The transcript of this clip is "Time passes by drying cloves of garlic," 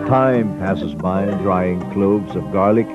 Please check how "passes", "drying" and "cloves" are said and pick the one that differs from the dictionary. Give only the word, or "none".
none